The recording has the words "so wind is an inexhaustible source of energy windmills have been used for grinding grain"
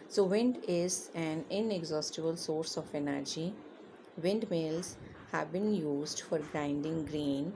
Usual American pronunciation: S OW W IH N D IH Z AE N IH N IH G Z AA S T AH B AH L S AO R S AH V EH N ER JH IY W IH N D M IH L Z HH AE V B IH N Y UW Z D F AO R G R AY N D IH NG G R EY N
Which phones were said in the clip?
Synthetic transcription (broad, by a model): S OW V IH N D IH Z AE N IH N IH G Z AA S T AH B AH L S AO R S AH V EH N ER JH IY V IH N D M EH L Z HH AE V B IH N Y UW Z D F AO R G R AY N D IH NG G R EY N